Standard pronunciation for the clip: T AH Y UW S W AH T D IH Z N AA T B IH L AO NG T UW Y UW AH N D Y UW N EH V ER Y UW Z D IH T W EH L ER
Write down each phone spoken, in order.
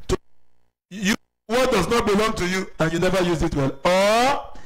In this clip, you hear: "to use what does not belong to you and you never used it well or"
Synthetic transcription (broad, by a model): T Y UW W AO T D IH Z N AA T B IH L AO NG T UW Y UW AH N Y UW N EH V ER Y UW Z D IH T W EH L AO